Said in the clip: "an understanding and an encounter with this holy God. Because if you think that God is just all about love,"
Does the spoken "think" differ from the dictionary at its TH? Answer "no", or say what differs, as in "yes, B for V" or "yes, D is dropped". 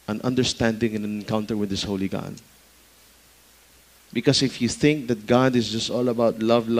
no